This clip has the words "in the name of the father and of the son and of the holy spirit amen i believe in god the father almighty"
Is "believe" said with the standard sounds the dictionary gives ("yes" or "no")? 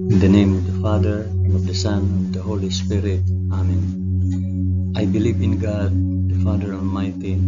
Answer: yes